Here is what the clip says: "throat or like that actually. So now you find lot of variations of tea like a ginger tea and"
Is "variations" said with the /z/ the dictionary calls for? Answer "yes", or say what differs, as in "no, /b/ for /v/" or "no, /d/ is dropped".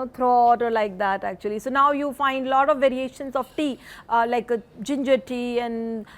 no, /s/ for /z/